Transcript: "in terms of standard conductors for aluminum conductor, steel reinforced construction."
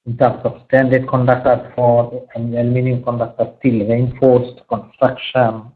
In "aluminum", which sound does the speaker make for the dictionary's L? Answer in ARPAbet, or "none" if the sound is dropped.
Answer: N